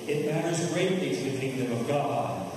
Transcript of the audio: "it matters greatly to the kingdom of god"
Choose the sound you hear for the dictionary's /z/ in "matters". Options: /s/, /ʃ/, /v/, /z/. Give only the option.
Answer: /z/